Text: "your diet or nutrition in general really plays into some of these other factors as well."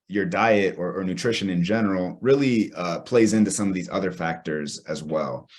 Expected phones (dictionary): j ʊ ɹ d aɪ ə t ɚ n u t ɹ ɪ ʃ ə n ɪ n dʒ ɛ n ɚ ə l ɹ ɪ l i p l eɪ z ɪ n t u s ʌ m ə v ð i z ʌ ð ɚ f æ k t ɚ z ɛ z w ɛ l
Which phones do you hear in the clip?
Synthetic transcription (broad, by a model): j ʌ ɹ d aɪ ə t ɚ n u t ɹ ɪ ʃ ə n ɪ n dʒ ɛ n ɚ l ɹ ɪ l i p l eɪ z ɪ n t u s ʌ m ə v ð i z ʌ ð ɚ f æ k t ɚ z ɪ z w ɛ l